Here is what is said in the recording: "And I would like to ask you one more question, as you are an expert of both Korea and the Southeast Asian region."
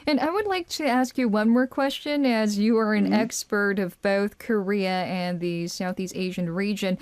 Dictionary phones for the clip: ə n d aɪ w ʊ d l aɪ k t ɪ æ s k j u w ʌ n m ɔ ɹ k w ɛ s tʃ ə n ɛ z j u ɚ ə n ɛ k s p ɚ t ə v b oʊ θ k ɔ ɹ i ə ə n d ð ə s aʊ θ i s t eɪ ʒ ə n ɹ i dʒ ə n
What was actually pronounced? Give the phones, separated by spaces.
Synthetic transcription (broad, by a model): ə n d aɪ w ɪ d l aɪ k t ɪ æ s k j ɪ w ʌ n m ɔ ɹ k w ɛ s tʃ ə n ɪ z j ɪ ɚ ə n ɛ k s p ɚ t ə v b oʊ θ k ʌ ɹ i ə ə n ð ə s aʊ θ i s t eɪ ʒ ə n ɹ i dʒ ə n